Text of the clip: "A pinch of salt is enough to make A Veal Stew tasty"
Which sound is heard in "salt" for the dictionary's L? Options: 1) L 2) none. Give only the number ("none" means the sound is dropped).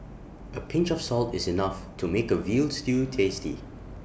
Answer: 1